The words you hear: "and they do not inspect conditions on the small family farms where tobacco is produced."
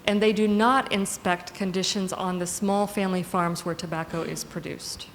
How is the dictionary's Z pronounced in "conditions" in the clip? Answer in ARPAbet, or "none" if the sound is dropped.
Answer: Z